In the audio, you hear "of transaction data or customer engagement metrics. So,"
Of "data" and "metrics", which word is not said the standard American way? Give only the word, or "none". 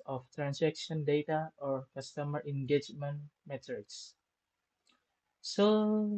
metrics